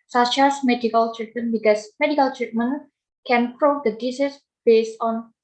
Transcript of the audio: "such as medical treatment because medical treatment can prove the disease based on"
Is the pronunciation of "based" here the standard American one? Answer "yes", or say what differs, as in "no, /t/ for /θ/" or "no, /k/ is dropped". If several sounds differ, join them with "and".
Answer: yes